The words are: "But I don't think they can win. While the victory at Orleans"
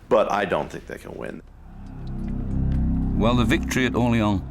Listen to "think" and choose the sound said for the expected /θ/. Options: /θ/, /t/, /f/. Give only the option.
/θ/